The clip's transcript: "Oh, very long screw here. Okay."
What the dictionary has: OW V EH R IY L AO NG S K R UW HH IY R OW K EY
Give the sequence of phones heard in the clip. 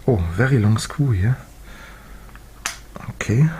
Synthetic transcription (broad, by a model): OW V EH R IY L AO NG S K UW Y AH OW K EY